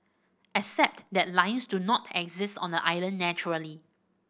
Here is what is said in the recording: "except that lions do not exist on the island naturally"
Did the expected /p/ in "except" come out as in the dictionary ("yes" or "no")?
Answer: yes